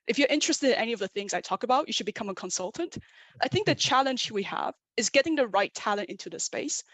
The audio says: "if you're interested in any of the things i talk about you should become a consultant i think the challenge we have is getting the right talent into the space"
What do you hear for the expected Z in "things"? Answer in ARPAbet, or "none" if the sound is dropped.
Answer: Z